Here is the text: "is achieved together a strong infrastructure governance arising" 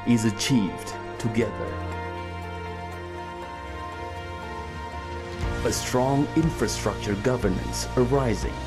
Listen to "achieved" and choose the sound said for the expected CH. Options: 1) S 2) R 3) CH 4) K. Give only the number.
3